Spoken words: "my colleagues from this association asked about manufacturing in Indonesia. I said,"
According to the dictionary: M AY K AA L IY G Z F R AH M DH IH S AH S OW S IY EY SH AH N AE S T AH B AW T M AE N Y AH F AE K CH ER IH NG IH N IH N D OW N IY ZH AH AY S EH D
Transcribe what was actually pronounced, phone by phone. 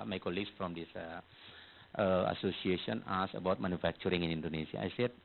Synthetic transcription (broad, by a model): M AY K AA L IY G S F R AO M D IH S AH S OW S IY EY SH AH N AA S AH B AW T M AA N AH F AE K CH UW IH NG IH N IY N D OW N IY S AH AY S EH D